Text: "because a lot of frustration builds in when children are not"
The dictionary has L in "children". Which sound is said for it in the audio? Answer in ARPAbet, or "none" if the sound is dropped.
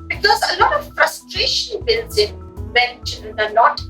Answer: N